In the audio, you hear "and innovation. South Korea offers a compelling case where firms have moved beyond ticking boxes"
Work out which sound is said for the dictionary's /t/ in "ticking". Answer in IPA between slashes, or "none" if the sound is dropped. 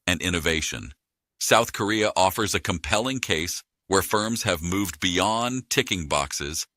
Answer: /t/